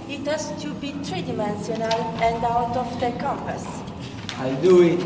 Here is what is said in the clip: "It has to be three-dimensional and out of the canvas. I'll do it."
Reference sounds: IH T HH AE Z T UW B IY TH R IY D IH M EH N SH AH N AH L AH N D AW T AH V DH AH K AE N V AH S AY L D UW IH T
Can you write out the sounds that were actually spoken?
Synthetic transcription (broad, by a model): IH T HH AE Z T UW B IY T R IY D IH M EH N S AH N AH L AH N D AW T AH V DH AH K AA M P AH S AY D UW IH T